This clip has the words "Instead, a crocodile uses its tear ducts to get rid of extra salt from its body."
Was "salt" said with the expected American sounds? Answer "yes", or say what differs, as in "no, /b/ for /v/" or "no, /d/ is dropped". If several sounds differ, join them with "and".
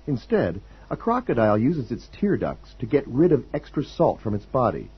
yes